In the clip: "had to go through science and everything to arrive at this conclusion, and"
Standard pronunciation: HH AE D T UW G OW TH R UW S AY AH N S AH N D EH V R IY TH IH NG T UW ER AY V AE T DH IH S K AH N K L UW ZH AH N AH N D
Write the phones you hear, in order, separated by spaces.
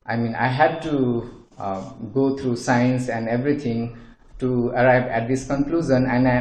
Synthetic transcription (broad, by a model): HH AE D T UW G OW T R UW S AY AH N S AH N D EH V R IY T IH NG T UW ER AY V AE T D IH S K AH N K L UW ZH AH N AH N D